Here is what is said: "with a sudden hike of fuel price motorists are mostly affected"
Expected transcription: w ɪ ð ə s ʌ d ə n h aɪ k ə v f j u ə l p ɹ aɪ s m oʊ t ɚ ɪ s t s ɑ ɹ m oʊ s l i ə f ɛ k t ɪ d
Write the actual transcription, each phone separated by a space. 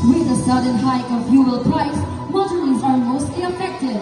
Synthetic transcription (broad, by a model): w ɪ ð ə s ʌ d ə n h aɪ k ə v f j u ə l p ɹ aɪ s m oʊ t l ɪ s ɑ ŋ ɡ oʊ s i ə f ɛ k t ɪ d